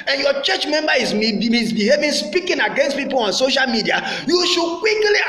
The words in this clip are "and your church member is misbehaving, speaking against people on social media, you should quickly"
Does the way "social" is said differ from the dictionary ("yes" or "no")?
no